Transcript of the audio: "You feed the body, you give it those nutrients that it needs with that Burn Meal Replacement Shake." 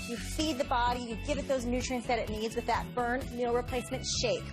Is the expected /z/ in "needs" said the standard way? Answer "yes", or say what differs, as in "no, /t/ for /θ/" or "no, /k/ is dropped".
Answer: yes